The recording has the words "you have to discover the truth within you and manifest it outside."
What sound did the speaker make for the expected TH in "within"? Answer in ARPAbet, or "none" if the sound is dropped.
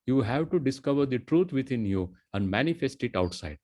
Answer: T